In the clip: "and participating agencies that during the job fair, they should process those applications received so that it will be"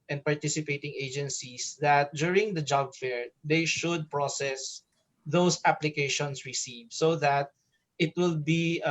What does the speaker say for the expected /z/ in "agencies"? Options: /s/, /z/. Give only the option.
/s/